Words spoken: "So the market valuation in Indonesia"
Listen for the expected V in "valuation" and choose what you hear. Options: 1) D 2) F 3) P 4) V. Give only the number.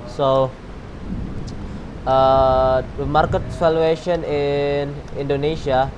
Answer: 2